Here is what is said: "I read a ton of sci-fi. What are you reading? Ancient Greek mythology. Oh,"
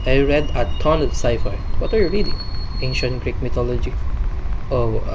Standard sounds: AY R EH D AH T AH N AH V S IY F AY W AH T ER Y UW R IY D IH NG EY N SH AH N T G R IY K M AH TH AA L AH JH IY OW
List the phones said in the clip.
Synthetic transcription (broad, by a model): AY R EH D AH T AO N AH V S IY F AY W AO T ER Y UW R IY D IH NG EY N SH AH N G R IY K M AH T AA L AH JH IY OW